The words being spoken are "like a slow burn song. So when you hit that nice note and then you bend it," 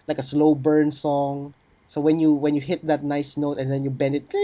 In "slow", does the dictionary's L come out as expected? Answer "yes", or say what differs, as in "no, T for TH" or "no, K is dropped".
yes